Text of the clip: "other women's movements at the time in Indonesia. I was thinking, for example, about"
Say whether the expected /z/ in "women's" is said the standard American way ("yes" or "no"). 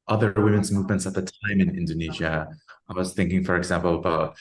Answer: yes